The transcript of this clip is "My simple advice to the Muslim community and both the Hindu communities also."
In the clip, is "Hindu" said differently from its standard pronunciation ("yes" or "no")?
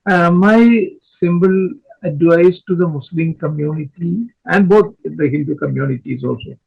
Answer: yes